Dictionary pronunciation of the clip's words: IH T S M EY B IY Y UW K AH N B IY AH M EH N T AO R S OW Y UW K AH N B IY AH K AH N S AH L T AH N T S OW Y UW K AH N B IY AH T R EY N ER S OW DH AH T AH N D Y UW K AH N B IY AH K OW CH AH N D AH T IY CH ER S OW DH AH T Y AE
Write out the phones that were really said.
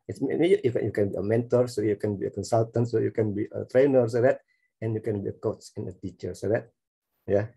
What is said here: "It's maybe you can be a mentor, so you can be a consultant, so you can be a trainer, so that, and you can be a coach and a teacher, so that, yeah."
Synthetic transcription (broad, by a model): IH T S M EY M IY Y UW K AH N B IY AH M EH N T AO R S OW Y UW K AH N B IY AH K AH N S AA L T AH N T S OW Y UW K AH N B IY AH T R EY N ER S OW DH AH T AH N Y UW K AH N B IY AH K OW S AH N AH T IY CH ER S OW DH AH T Y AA